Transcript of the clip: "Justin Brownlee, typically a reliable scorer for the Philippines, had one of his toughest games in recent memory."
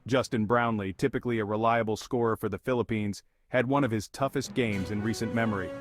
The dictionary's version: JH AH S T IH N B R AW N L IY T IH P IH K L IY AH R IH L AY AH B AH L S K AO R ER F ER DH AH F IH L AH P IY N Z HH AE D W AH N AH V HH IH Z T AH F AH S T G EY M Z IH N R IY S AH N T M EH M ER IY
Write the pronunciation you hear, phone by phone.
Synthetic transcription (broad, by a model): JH AH S T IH N B R AW N L IY T IH P IH K L IY AH R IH L AY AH B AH L S K AO R F ER DH AH F IH L AH P IY N Z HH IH D W AH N AH V IH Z T AH F AH S T G EY M Z IH N R IY S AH N M EH M ER IY